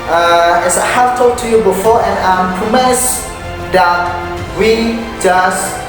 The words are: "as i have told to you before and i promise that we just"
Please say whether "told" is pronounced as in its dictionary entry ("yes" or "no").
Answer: no